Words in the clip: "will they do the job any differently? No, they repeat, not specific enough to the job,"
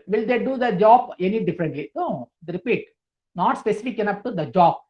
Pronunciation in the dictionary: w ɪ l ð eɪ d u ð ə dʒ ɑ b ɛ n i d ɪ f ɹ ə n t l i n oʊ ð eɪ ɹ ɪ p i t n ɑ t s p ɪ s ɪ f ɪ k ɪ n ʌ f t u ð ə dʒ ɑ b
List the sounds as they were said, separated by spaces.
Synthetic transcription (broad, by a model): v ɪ l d eɪ d u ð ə dʒ ɑ b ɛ n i d ɪ f ɹ ə n t l i n oʊ ɹ ɪ p i t n ɑ t s p ɪ s ɪ f ɪ k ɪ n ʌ p t u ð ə dʒ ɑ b